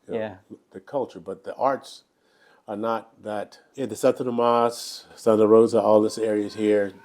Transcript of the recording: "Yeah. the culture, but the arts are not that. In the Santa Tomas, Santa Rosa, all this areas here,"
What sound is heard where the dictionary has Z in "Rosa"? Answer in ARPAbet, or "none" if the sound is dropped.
Z